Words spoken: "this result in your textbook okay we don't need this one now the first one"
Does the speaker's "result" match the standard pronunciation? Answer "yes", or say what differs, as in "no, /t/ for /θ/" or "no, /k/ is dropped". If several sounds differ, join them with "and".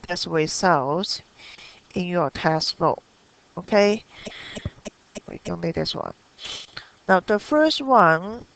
no, /w/ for /ɹ/ and /s/ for /z/